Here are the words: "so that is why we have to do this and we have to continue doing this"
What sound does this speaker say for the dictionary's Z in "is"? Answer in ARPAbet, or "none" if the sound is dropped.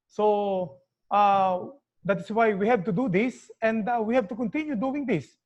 S